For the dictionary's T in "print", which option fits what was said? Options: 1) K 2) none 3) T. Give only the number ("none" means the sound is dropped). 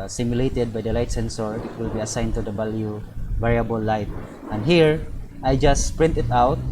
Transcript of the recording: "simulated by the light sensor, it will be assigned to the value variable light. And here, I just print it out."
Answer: 3